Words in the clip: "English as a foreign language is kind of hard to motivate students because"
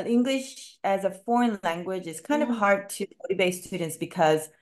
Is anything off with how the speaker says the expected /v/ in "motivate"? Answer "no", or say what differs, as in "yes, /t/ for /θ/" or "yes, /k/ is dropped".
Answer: yes, /b/ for /v/